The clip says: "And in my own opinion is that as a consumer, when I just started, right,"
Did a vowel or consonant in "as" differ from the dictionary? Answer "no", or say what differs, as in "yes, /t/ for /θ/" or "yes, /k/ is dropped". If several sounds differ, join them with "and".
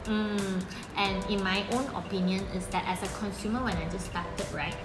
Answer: yes, /s/ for /z/